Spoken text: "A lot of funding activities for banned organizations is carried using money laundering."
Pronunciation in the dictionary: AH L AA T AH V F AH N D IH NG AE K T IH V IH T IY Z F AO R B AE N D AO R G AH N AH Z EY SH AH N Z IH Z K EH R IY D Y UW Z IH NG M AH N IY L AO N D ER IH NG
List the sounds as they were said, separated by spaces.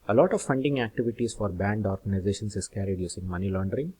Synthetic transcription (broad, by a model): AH L AA T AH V F AH N D IH NG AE K T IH V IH T IY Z F AO R B AE N D AO R G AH N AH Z EY SH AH N S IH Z K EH R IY D Y UW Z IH NG M AH N IY L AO N D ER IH NG